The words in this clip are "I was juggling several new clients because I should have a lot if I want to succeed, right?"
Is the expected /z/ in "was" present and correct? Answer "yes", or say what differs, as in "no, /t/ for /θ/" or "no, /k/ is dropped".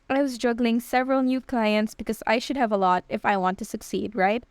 yes